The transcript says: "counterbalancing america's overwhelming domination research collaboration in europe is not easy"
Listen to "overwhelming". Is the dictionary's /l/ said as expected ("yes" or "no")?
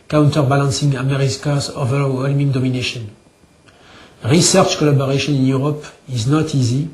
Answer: yes